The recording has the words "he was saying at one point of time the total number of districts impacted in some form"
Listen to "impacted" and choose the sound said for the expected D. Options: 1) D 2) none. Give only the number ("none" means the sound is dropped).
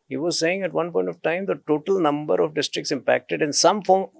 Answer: 1